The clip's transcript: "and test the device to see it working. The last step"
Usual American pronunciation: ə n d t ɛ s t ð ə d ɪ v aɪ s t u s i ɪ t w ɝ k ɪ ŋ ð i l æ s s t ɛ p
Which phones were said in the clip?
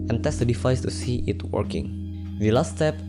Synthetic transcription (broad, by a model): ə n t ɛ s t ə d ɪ f aɪ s t u s i ɪ t w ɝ k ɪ ŋ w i l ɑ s s t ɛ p